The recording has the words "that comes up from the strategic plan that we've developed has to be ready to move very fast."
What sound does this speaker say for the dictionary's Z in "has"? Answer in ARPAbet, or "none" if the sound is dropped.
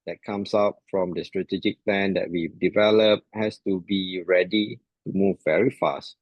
S